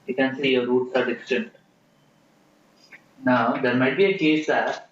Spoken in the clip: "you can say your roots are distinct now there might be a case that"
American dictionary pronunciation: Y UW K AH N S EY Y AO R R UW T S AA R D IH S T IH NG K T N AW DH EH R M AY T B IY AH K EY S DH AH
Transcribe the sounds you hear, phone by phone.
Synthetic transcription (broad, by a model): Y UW K AH N S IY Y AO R R UW T S AA R D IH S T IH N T N AW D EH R M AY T B IY AH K EY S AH